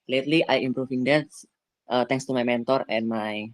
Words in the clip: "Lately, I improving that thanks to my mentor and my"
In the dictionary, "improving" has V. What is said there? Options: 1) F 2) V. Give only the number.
1